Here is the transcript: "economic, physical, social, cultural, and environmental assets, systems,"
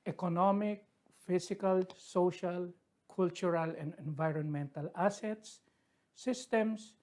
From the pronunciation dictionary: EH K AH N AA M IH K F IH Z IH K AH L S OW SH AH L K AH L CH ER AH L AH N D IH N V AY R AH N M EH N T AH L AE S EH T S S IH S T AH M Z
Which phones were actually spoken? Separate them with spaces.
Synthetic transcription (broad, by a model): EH K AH N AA M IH K F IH S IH K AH L S OW SH AH L K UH L CH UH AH L AH N D IH N V AY R AH N M EH N T AH L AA S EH T S S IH S T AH M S